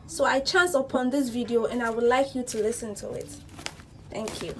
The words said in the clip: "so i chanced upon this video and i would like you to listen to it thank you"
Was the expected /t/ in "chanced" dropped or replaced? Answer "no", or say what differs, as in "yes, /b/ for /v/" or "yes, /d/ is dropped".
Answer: yes, /t/ is dropped